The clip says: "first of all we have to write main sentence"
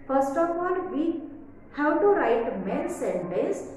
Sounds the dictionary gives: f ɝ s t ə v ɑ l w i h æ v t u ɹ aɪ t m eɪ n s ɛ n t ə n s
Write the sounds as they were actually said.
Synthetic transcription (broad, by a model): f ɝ s t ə p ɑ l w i h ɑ w t u ɹ aɪ t m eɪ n s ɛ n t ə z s